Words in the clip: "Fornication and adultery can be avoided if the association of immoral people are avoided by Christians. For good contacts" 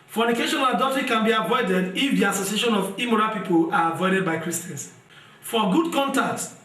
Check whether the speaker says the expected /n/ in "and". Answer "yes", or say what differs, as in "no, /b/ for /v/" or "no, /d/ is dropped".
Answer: no, /l/ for /n/